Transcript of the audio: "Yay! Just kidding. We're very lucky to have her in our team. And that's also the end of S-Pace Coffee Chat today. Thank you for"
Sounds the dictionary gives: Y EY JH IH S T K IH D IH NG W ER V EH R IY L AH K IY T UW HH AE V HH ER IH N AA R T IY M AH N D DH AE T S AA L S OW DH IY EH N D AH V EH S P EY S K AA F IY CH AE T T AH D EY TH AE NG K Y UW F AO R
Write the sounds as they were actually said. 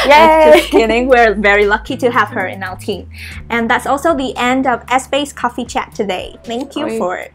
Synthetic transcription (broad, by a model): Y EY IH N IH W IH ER V EH R IY L AH K IY T UW HH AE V HH ER IH N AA L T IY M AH N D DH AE T S AA L S OW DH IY EH N D AH V EH S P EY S K AA F IY CH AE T T AH D EY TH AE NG K Y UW F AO R